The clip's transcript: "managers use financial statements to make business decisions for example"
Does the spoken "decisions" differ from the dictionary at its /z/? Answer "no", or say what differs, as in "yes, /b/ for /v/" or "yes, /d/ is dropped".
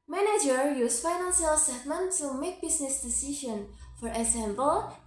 yes, /z/ is dropped